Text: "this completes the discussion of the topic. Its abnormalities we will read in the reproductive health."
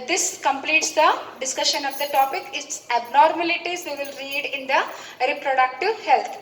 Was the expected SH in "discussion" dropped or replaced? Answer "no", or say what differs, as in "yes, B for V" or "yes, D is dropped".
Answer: no